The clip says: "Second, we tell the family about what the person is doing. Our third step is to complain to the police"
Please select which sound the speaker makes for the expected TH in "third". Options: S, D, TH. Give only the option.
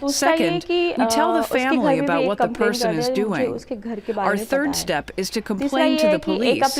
TH